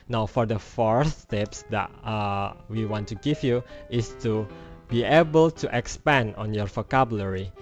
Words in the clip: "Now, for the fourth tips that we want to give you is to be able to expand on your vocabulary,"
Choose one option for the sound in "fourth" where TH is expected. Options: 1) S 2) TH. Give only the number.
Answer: 1